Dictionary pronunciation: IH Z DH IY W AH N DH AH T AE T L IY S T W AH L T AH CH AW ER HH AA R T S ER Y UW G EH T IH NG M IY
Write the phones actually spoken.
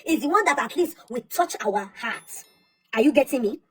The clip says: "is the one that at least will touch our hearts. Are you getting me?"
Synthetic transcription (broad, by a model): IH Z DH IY W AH N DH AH T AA T L IY S T W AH T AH CH AW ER HH AA T AA Y UW G EH T IH NG M IY